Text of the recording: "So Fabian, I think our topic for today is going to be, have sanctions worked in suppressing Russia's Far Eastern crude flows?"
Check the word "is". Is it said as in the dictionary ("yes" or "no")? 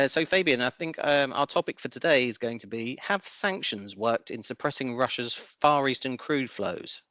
yes